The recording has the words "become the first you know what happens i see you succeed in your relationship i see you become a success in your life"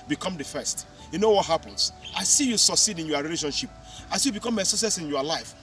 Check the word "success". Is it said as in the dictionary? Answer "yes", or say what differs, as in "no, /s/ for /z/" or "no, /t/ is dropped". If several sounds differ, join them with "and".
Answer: no, /k/ is dropped